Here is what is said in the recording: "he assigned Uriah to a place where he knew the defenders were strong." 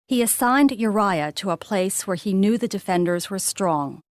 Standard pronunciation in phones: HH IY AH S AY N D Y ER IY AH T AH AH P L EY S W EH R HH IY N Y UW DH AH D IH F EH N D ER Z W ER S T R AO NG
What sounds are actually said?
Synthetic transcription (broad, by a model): HH IY AH S AY N D Y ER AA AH T AH AH P L EY S W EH R IY N Y UW DH AH D IH F EH N D ER Z W ER S T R AO NG